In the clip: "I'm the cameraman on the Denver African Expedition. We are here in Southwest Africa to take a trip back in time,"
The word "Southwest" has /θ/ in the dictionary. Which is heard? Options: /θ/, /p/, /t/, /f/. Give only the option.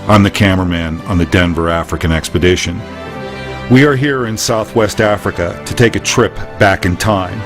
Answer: /θ/